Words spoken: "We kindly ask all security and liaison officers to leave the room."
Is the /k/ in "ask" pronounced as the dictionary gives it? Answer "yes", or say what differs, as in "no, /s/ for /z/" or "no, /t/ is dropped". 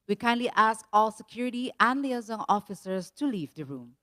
yes